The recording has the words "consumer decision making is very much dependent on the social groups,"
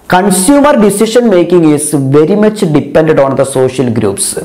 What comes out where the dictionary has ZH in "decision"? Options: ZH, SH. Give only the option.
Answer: SH